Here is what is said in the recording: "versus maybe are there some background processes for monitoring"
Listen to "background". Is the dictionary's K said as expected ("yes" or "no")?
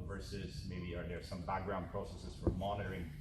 yes